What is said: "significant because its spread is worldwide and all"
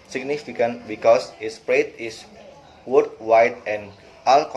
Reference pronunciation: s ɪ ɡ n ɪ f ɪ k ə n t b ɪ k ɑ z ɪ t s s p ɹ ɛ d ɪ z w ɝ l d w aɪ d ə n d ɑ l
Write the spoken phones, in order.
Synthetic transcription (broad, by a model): s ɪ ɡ n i f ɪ k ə n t b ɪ k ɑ s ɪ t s s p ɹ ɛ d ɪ s w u d w aɪ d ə n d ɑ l